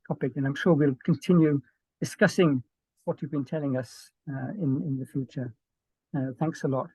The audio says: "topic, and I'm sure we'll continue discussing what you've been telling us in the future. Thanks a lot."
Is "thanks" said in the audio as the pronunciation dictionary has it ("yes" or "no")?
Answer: yes